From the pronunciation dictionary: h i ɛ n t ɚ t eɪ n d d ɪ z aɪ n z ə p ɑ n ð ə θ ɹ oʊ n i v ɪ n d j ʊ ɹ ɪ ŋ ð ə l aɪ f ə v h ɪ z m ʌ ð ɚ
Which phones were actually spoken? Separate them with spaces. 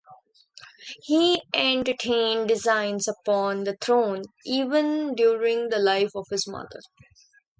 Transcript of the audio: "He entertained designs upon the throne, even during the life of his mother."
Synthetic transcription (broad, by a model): h i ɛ n t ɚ t eɪ n d d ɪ z aɪ n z ə p ɑ n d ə t ɹ oʊ n i v ɪ n d j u ɹ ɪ ŋ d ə l aɪ f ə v h ɪ z m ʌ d ɚ